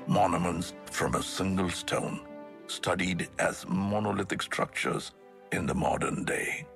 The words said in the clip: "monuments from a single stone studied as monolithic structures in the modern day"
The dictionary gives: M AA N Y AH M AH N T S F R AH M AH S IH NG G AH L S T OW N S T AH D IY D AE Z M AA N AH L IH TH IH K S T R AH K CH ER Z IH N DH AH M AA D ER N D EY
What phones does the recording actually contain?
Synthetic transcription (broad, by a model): M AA N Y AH M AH N T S F R AH M AH S IH NG G AH L S T OW N S T AH D IY D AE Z M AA N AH L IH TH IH K S T R AH K CH ER Z IH N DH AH M AA D ER N D EY